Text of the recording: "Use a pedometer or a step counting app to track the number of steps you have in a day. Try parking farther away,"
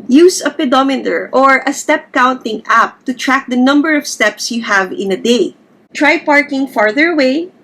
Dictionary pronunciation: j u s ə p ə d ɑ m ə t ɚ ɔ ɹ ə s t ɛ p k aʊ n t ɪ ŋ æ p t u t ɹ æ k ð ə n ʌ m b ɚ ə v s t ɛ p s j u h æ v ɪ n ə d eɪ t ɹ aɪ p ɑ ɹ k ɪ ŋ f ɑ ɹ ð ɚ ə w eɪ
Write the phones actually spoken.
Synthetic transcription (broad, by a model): j u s ə p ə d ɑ m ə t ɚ ɔ ɹ ə s t ɛ p k aʊ n t ɪ ŋ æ p t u t ɹ æ k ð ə n ʌ m b ɚ ə v s t ɛ p s j u h æ v ɪ n ə d eɪ t ɹ aɪ p ɑ ɹ k ɪ ŋ f ɑ ɹ ð ɚ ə w eɪ